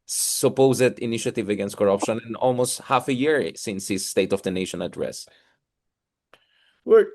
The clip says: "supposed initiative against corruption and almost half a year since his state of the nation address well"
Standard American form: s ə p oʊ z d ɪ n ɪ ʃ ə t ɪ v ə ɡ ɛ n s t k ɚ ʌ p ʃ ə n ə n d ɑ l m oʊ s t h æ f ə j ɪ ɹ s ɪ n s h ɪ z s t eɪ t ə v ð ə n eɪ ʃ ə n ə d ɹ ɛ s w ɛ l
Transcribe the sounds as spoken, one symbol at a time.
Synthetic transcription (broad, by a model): s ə p oʊ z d ɪ n ɪ ʃ ə t ɪ v ə ɡ ɛ n s t k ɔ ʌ p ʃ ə n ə n ɑ l m oʊ s t h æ f ə j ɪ ɹ s ɪ n s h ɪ s t eɪ t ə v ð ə n eɪ ʃ ə n ə d ɹ ɛ s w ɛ